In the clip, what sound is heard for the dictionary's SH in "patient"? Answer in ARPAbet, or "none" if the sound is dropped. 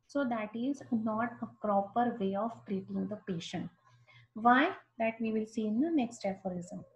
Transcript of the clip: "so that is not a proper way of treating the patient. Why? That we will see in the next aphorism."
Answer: SH